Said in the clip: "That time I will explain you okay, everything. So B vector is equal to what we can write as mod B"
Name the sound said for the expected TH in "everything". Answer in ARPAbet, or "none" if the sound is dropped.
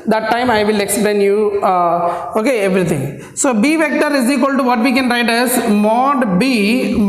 T